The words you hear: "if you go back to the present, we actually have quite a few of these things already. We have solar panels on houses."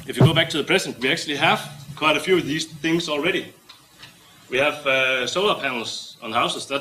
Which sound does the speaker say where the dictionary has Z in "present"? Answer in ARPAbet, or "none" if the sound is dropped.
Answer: S